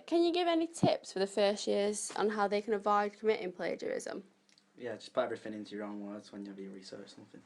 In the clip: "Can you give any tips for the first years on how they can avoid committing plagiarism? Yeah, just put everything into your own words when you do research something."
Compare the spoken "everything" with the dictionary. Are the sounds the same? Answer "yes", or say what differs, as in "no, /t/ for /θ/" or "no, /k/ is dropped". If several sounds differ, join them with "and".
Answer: no, /f/ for /θ/